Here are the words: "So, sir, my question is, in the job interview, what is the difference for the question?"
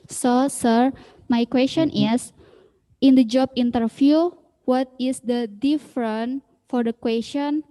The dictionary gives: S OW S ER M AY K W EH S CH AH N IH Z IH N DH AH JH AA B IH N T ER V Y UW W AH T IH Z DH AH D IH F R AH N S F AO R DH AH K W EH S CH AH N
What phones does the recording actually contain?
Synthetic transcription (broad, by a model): S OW S ER M AY K W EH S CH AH N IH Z IH N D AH JH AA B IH N T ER F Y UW W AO T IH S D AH D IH F R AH N F AO R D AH K W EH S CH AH N